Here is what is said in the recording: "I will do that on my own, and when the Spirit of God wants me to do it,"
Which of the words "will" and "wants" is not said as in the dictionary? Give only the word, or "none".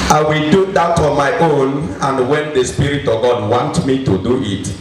wants